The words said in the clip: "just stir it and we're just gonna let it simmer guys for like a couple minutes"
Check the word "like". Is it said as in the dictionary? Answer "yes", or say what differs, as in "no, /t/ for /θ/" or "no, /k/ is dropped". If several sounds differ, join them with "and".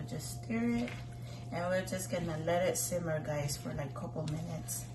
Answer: no, /k/ is dropped